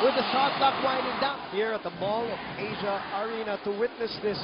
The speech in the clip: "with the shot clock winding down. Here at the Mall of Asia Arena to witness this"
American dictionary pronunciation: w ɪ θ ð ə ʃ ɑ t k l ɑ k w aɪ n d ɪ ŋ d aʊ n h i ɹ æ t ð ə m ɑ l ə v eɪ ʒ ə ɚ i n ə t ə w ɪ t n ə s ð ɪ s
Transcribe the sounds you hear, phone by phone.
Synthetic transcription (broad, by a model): w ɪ ð ə s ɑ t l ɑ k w aɪ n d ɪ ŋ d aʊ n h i ɹ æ t ð ə m ɑ l ə v eɪ ʒ ə ɚ i n ə t ə w ɪ t n ə s ð ɪ s